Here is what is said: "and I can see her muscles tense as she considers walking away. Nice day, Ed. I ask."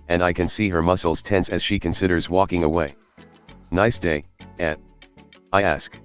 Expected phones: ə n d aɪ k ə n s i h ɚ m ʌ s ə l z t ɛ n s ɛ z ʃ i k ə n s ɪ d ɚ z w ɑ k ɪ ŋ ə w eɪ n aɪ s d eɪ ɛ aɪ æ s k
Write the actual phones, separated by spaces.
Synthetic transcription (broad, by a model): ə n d aɪ k ə n s i h ɚ m ʌ s l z t ɛ n s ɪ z ʃ i k ə n s ɪ d ɚ z w ɑ k ɪ ŋ ə w eɪ n aɪ s d eɪ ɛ aɪ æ s k